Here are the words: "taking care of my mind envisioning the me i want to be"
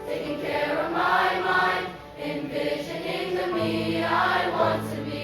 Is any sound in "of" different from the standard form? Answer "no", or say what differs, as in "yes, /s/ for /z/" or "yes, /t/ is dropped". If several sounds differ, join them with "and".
no